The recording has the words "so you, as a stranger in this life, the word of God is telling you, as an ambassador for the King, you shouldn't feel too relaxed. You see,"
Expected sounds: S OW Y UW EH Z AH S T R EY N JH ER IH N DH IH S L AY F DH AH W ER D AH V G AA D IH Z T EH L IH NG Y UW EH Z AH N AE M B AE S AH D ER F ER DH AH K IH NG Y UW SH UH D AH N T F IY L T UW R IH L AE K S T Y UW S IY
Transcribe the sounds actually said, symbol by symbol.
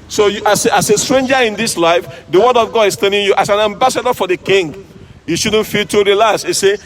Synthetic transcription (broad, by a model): S OW Y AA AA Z AH S T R EY N JH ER IH N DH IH S L AY F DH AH W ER D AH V G AA D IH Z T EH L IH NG Y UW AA S AH N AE M B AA S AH D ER F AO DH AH K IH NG Y UW SH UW D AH N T F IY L T UW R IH L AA S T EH S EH